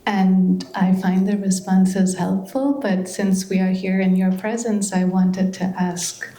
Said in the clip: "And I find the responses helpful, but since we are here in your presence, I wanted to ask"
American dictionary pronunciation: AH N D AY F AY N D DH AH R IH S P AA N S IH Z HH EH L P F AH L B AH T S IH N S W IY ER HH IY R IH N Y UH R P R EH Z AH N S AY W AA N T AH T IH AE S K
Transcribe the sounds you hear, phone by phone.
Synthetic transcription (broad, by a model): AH N AY F AY N DH AH R IH S P AA N S IH Z HH EH L P F L B AH T S IH N S W IY ER HH IY R IH N Y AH R P R EH Z AH N S AY W AA N T AH T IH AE S K